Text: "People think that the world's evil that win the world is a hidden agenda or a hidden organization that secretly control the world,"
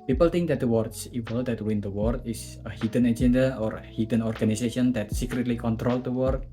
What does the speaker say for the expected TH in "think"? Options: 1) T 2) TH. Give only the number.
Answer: 1